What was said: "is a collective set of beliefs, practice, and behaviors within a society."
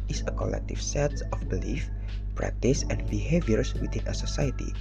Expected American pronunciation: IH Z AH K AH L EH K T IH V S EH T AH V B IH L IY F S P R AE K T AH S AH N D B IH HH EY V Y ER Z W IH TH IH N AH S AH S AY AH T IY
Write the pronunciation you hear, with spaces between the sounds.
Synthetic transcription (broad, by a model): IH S AH K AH L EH K T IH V S EH T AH F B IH L IY F P R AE K T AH S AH N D B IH HH EY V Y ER S W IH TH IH N AH S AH S AY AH T IY